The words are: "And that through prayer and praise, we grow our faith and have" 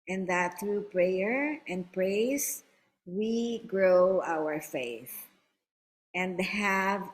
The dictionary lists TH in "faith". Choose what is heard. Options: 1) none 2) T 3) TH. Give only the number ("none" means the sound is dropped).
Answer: 3